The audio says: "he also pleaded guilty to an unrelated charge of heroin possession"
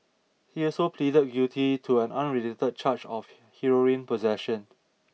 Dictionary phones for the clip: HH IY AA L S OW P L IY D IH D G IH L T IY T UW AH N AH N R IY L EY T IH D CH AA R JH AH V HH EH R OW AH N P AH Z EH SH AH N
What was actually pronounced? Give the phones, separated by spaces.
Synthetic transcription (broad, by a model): HH IY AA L S OW P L IY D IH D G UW T IY T UW AH N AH N R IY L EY T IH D CH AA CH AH F HH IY R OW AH N P AH Z EH SH AH N